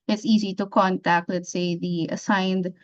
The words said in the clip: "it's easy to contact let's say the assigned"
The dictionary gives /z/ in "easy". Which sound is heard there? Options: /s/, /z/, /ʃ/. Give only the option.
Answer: /z/